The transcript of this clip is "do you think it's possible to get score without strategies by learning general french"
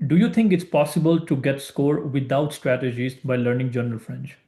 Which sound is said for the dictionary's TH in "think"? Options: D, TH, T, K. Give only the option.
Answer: T